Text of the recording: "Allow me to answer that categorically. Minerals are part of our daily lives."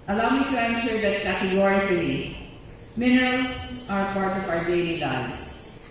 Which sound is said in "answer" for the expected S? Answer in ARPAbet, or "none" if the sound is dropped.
SH